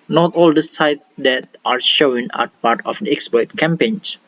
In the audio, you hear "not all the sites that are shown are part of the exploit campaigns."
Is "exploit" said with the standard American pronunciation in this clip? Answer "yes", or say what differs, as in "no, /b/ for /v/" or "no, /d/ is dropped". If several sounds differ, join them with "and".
no, /l/ is dropped